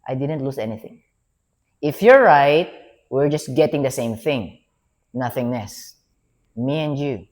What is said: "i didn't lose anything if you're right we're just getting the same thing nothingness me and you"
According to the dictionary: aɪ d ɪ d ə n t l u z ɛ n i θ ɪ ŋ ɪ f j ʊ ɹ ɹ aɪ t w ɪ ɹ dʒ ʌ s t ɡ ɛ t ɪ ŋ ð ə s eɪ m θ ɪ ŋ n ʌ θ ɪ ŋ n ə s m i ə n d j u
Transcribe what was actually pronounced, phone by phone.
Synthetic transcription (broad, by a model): aɪ d ɪ d ə n t l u s ɛ n i θ ɪ ŋ ɪ f j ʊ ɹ ɹ aɪ t w ɪ ɹ dʒ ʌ s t ɡ ɛ t ɪ ŋ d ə s eɪ m θ ɪ ŋ n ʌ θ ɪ ŋ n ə s m i ə n d j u